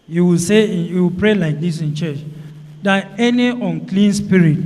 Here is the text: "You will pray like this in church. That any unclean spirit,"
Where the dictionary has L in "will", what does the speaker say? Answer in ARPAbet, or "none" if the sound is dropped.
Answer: W